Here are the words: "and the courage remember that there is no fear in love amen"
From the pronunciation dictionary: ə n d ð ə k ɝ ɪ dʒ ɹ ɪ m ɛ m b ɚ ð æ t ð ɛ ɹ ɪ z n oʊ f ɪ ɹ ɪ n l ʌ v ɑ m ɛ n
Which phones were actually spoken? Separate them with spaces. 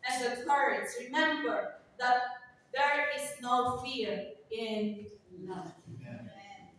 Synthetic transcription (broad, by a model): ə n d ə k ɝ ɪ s ɹ ɪ m ɛ m b ɚ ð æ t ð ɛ ɹ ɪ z n oʊ f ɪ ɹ ɪ n n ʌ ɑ